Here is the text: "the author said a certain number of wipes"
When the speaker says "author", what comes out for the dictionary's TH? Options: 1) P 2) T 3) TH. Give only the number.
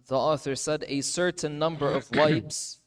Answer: 3